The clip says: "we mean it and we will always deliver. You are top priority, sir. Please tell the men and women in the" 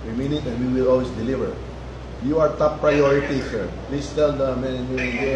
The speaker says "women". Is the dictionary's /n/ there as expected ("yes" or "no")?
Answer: no